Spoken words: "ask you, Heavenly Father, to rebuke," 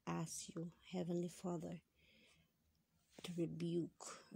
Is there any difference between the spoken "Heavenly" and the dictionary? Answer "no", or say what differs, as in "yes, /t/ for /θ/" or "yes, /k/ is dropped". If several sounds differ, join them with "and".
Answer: no